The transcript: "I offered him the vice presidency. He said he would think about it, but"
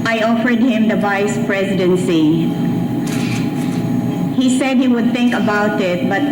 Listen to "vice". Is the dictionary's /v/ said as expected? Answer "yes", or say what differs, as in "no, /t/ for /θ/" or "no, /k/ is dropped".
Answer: yes